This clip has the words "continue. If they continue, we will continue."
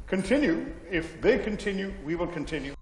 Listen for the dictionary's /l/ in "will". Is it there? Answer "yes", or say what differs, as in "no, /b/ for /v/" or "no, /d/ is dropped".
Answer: yes